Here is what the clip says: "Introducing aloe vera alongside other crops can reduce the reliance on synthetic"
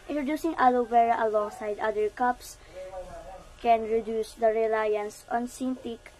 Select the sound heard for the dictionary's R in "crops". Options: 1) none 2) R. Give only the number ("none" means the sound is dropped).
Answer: 1